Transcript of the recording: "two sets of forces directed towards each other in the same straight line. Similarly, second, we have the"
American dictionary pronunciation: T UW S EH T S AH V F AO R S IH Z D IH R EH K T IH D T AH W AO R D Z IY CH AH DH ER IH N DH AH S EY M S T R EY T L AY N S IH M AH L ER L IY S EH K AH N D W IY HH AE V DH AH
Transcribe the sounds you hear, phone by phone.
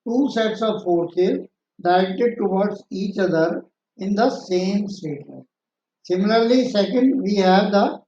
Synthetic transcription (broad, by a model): T UW S EH T S AH V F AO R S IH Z D IH R EH K T IH D T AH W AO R D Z IY CH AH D ER IH N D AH S EY M S T EY T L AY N S IH M AH L ER L IY S EH K AH N D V IY HH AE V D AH